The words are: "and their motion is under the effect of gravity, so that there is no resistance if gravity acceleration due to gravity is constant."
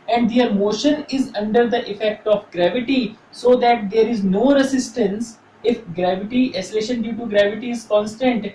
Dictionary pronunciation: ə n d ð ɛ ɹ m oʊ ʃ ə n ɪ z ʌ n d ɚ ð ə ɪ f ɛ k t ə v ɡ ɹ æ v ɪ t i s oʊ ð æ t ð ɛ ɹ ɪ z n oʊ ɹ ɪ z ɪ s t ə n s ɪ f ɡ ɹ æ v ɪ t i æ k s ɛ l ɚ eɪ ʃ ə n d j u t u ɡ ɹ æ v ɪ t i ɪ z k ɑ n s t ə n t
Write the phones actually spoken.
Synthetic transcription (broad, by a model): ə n d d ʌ ɹ m oʊ ʃ ə n ɪ z ʌ n d ɚ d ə ɪ f ɛ k t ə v ɡ ɹ æ v ɪ t i s oʊ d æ t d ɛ ɹ ɪ z n oʊ ɹ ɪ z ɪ s t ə n s ɪ f ɡ ɹ æ v ɪ t i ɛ s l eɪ ʃ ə n d j u t u ɡ ɹ æ v ɪ t i ɪ z k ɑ n s t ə n t